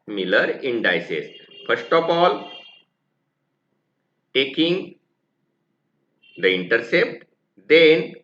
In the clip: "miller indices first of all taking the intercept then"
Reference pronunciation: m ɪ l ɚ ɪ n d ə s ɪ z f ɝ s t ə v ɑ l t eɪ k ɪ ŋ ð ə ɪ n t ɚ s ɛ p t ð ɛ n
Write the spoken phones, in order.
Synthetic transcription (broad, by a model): m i l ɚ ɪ n d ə s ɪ s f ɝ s t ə p ɑ l t eɪ k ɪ ŋ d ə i n t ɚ s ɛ p t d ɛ n